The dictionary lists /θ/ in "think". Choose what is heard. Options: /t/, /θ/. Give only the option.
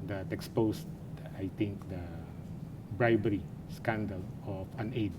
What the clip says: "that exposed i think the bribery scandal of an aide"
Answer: /t/